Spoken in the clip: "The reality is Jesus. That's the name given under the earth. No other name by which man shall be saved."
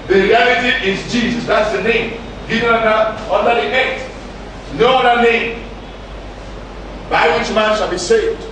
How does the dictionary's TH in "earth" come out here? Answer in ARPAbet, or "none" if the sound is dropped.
T